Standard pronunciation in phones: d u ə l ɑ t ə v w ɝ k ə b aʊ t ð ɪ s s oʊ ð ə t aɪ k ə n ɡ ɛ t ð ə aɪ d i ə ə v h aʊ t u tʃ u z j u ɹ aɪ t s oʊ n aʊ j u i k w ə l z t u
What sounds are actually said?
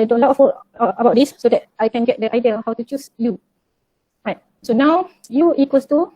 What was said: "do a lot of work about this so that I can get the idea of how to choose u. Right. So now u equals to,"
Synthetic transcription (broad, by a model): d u ə l ɑ t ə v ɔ ə b aʊ t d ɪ s s oʊ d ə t aɪ k ə n ɡ ɛ t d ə aɪ d i ə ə h aʊ t u tʃ u s j u ɹ aɪ t s oʊ n aʊ j u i k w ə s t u